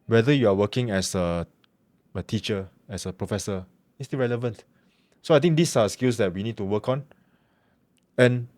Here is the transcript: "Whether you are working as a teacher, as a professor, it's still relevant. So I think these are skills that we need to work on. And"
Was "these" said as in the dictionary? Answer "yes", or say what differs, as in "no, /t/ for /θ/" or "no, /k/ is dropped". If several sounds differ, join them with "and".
no, /s/ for /z/